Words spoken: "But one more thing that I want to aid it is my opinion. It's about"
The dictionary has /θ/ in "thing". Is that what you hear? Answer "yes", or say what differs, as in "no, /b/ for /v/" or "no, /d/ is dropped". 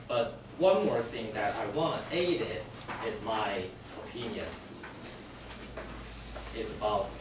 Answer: yes